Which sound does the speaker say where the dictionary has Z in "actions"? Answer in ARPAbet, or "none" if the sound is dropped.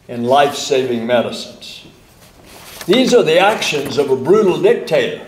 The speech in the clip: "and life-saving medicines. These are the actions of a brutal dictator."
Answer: Z